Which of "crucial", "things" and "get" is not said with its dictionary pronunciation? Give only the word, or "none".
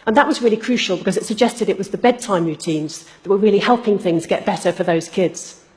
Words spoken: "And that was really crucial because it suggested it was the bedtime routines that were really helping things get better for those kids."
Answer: none